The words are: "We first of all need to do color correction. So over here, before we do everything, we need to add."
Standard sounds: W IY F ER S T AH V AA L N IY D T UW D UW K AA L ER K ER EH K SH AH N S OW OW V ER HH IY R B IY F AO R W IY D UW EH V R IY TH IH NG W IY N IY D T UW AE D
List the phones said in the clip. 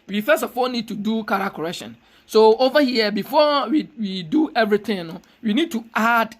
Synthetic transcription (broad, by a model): W IY F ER S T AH F AA L N IY D T UW D UW K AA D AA K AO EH K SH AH N S OW OW V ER HH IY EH B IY F AO W W IY D UW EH V R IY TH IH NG W IY N IY D T UW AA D